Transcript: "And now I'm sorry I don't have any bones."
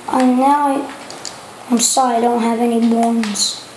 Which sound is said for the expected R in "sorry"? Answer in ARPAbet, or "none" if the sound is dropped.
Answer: none